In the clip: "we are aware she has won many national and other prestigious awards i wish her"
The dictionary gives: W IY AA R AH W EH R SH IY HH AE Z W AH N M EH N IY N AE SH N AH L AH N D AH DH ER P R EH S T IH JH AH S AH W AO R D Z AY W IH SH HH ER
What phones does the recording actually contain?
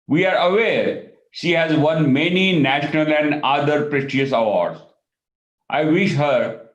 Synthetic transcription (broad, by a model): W IY AA R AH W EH R SH IY HH AE Z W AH N M EH N IY N AE SH N AH L AH N D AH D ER P R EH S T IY AH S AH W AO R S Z AY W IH SH HH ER